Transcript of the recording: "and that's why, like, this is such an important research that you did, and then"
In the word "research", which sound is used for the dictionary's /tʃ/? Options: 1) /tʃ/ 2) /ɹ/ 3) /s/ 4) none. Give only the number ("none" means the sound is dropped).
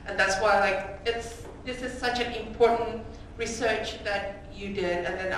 1